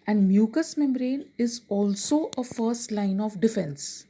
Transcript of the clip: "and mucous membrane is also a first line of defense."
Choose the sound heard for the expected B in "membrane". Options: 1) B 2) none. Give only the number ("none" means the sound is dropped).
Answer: 1